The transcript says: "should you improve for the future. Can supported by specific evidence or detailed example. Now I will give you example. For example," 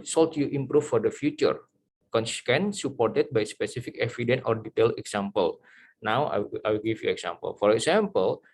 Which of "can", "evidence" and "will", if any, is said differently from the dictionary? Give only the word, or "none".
evidence